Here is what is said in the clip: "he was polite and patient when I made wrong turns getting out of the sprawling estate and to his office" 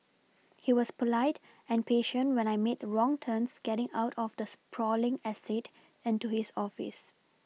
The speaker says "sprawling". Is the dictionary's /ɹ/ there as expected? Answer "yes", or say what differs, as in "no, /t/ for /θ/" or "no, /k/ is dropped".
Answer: yes